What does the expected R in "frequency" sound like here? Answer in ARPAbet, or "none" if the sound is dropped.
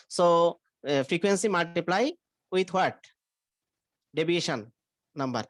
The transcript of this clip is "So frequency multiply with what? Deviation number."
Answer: R